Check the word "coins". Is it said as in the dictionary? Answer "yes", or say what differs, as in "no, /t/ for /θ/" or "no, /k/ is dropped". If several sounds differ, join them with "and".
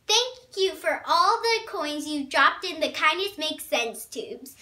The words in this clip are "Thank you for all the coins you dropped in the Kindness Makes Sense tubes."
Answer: yes